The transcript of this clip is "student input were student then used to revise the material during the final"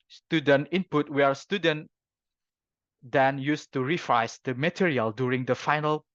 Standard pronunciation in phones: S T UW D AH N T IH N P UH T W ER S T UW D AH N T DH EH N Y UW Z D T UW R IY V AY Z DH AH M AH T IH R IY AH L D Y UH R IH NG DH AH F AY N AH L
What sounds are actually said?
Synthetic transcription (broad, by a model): S T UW D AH N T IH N P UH T W ER S T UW D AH N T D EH N Y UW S T UW R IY F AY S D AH M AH T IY R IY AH L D Y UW R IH NG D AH F AY N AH L